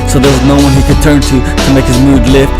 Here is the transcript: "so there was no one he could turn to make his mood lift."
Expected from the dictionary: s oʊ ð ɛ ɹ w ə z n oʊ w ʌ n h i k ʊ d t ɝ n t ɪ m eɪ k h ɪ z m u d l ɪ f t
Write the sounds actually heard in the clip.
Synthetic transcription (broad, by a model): s oʊ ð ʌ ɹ w ə z n oʊ w ʌ n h i k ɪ d t ɝ n t ɪ m eɪ k h ɪ z m u d l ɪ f